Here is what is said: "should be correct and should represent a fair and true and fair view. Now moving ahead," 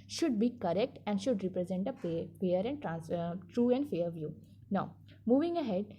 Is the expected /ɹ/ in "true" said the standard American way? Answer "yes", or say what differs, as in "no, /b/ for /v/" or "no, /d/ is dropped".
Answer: yes